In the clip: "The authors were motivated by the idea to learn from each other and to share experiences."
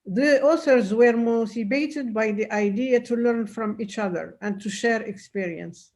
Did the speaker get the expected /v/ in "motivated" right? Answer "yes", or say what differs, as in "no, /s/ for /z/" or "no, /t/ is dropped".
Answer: no, /b/ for /v/